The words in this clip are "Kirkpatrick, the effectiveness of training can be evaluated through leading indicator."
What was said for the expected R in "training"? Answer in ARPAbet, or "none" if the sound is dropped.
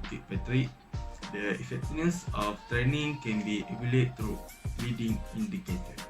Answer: R